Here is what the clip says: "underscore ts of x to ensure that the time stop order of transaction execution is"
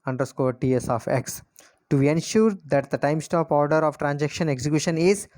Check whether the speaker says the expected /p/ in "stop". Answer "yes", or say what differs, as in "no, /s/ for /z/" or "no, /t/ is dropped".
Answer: yes